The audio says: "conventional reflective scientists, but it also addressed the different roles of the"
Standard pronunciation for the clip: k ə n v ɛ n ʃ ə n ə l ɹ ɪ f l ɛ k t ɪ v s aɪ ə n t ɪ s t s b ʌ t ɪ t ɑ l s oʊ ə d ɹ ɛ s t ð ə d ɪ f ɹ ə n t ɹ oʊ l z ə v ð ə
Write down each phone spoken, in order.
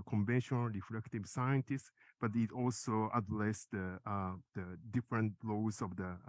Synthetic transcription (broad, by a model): k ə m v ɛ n ʃ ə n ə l ɹ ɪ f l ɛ k t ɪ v s aɪ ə n t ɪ s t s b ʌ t ɪ t ɑ l s oʊ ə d l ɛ s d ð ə d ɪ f ɹ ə n t l oʊ z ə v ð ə